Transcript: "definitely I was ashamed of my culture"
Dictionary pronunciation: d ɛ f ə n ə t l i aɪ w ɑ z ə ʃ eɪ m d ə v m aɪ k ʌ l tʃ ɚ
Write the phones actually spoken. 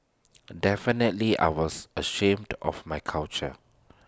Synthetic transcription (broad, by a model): d ɛ f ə n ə t l i aɪ w ɑ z ə ʃ eɪ m d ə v m aɪ k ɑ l tʃ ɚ